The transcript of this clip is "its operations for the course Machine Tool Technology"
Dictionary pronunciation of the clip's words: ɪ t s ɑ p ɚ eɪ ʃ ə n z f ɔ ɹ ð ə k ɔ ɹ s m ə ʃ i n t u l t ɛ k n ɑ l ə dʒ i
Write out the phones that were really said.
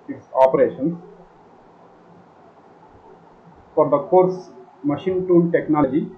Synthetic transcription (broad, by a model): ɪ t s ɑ p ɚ eɪ ʃ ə n s f ɔ ɹ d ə k ɔ ɹ s m ə ʃ i n t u n t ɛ k n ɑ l dʒ i